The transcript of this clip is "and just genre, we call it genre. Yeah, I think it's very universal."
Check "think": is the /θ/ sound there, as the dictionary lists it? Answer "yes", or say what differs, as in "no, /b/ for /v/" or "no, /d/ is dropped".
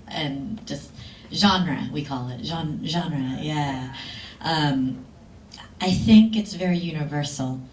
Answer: yes